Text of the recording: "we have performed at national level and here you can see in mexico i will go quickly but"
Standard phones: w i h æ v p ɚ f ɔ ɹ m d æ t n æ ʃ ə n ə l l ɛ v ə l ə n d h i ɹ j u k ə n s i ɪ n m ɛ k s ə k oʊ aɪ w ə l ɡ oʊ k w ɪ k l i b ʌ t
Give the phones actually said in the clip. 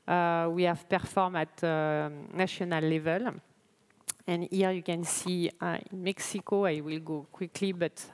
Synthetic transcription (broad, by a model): w i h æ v p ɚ f ɔ ɹ m ɑ t n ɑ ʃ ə n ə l l ɛ v ə l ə n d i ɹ j u k ə n s i ɪ n m ɛ k s ə k oʊ aɪ w ə l ɡ oʊ k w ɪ k l i b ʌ t